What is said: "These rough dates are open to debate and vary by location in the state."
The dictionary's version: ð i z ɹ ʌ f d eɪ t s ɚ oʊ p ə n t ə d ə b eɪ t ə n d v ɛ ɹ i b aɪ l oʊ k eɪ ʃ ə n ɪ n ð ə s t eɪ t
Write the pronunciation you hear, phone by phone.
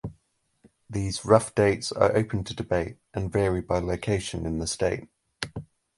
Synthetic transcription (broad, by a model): ð i z ɹ ʌ f d eɪ t s ɚ oʊ p ə n t ə d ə b eɪ t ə n v ɛ ɹ i b aɪ l oʊ k eɪ ʃ ə n ɪ n ð ə s t eɪ t